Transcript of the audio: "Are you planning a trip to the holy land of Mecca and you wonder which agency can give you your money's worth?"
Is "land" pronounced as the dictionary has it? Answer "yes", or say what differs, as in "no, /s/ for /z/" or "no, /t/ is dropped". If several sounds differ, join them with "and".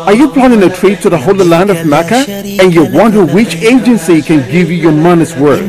yes